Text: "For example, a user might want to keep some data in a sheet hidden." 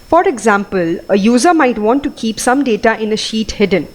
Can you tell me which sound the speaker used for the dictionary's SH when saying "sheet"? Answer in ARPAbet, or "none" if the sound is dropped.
SH